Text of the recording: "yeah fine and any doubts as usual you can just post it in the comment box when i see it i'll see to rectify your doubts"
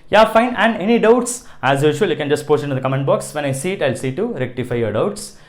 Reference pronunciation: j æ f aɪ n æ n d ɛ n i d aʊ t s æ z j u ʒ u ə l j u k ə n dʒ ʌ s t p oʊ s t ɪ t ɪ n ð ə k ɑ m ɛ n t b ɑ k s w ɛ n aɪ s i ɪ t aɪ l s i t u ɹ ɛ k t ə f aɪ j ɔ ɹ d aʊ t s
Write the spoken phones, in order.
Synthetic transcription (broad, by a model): j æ f aɪ n æ n d ɛ n i d aʊ t s æ z j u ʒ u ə l j u k ə n dʒ ʌ s t p oʊ s t ɪ t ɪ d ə k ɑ m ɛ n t b ɑ k s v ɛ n aɪ s i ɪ t aɪ l s i t u ɹ ɛ k t ə f aɪ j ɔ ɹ d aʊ t s